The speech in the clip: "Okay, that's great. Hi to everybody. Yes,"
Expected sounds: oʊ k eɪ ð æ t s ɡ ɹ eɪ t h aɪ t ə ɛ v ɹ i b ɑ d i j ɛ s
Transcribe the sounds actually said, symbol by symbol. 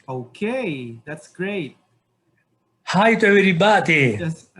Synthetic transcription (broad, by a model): oʊ k eɪ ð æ t s ɡ ɹ eɪ t h aɪ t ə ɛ ɹ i b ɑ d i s